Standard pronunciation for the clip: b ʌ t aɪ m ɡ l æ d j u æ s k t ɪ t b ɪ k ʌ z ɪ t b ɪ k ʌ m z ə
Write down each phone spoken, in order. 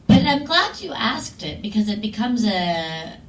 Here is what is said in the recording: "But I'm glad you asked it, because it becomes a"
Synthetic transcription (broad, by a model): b ʌ t aɪ m ɡ l æ d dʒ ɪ æ s k t ɪ t b ɪ k ʌ z ɪ t b ɪ k ʌ m z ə